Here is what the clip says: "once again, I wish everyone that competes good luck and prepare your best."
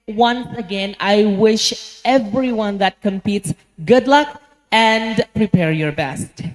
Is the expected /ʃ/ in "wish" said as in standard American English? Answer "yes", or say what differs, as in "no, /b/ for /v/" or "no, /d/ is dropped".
yes